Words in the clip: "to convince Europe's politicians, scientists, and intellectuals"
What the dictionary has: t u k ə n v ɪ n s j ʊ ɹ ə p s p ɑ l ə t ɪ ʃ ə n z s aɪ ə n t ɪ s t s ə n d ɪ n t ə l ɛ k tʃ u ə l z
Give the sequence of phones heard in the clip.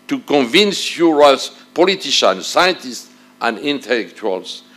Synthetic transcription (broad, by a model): t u k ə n v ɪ n s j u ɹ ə s p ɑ l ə t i ʃ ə n s aɪ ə n t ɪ s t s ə n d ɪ n t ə l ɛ k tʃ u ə l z